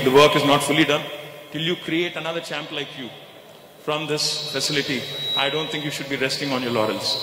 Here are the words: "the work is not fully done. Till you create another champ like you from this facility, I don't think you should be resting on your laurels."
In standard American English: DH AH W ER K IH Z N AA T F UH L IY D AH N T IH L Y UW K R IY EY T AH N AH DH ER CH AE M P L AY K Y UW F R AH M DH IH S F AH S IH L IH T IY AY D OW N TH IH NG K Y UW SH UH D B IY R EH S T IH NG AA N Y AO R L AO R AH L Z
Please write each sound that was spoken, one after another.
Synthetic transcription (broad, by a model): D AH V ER K IH Z N AA T F UH L IY D AH N T IH L Y UW K R IY EY T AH N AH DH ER CH AE M P L AY K Y UW F R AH M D IH S F AH S IH L IH T IY AY D OW N T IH NG K Y UW SH UH D B IY R EH S T IH NG AA N Y AO R L AO R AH L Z